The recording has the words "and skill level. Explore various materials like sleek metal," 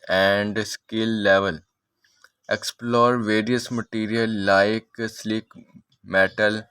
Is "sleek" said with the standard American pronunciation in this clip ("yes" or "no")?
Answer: yes